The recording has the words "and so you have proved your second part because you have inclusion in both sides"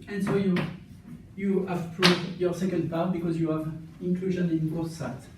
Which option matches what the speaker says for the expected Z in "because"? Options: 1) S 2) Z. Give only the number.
2